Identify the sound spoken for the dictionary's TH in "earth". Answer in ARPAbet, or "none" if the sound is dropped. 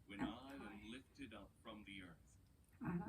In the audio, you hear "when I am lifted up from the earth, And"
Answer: TH